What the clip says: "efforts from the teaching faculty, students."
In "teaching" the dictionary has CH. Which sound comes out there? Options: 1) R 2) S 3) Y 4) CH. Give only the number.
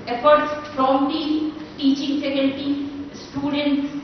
4